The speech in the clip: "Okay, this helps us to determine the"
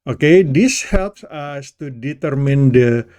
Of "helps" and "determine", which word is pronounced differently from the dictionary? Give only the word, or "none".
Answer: none